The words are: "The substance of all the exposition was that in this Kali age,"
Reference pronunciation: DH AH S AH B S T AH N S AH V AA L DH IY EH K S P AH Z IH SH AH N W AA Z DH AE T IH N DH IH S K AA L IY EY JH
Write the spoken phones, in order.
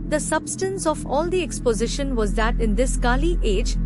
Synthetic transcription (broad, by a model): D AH S AH B S T AH N S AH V AA L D IY EH K S P AH Z IH SH AH N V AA Z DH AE T IH N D IH S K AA L IY EY JH